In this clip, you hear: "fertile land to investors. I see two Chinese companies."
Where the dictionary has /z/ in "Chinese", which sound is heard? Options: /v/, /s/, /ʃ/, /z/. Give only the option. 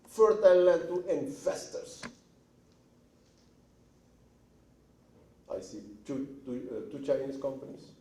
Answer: /s/